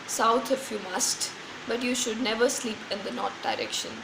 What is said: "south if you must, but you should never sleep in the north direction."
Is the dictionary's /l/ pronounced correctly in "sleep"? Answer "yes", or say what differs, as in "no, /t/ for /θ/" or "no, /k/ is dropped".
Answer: yes